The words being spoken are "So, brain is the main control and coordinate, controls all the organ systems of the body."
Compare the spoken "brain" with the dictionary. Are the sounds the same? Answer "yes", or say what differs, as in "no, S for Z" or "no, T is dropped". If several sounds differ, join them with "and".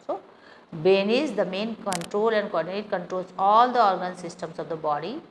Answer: no, R is dropped